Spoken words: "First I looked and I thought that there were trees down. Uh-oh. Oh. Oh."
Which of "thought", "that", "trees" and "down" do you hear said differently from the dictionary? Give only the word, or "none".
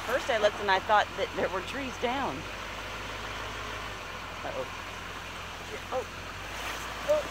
none